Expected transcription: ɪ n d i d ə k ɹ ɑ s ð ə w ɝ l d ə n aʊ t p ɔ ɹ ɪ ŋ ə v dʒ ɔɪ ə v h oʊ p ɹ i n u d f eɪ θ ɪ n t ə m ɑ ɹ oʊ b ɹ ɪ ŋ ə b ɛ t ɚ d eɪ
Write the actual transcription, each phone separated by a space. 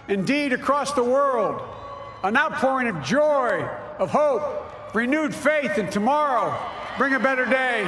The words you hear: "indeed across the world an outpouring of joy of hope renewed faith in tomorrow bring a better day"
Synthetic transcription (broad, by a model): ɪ n d i d ə k ɹ ɑ s ð ə w ɝ l d ə n aʊ t p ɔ ɹ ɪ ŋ ə v dʒ ɔɪ ə v h oʊ p ɹ i n u d f eɪ θ ɪ n t ə m ɑ ɹ oʊ b ɹ ɪ ŋ ə b ɛ t ɚ d eɪ